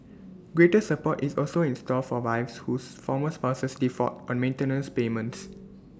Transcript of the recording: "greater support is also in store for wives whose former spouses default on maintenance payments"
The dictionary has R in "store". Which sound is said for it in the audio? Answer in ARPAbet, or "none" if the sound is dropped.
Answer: L